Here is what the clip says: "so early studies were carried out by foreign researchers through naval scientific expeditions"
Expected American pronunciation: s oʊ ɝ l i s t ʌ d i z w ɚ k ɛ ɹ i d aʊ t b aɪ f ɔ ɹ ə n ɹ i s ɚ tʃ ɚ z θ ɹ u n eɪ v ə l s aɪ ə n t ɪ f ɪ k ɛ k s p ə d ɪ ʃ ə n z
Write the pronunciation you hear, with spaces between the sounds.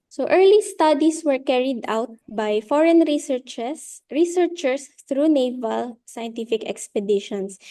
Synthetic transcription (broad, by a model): s oʊ ɝ l i s t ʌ d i s w ɚ k ɛ ɹ i d aʊ t b aɪ f ɔ ɹ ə n ɹ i s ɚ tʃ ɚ s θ ɹ u n eɪ v ə l s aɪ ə n t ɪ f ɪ k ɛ k s p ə d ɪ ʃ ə n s